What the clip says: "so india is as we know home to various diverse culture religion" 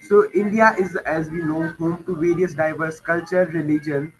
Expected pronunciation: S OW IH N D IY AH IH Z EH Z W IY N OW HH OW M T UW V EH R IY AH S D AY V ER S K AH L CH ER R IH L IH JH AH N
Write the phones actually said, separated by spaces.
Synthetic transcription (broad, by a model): S OW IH N D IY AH IH Z EH Z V IY N OW HH OW M T UW V EH R IY AH S D AY V ER S K AH L CH ER R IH L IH JH AH N